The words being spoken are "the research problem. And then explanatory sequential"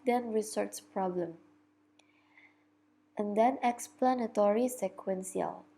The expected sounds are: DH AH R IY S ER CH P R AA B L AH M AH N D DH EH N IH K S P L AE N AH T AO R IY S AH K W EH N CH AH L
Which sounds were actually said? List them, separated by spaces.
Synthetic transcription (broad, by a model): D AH R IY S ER S P R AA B L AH M AH N D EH N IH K S P L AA N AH T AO R IY S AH K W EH N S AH L